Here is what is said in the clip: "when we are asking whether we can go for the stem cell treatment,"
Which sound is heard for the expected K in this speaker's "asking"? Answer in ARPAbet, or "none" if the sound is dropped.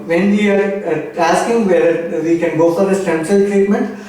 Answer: K